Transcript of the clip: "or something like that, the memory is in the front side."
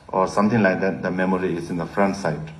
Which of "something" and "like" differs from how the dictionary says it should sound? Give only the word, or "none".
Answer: something